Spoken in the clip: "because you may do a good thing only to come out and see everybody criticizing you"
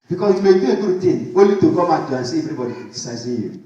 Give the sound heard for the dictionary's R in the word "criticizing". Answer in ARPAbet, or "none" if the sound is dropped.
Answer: none